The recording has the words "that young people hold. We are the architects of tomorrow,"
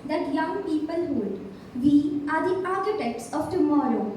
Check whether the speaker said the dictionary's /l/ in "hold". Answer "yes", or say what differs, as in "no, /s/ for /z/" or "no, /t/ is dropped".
no, /l/ is dropped